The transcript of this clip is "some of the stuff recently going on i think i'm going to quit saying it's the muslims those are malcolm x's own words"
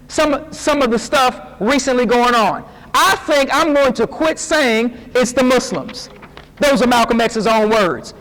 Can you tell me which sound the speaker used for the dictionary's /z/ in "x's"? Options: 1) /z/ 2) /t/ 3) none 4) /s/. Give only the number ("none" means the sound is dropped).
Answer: 1